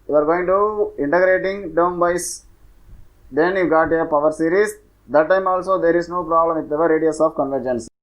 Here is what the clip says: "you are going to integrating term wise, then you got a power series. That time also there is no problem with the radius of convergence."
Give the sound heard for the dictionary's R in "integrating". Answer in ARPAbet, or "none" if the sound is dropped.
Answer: R